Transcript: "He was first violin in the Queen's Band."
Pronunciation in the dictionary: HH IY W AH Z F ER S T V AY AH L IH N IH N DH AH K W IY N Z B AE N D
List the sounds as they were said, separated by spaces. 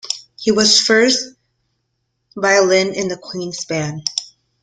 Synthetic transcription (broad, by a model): HH IY W AH Z F ER S T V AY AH L IH N IH N DH AH K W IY N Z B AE N